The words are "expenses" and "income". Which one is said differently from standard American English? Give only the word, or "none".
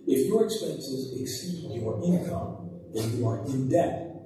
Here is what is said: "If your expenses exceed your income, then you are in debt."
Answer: none